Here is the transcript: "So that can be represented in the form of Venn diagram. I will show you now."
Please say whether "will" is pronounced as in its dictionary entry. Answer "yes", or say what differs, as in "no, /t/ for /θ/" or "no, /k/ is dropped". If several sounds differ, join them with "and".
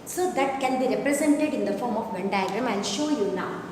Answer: no, /n/ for /l/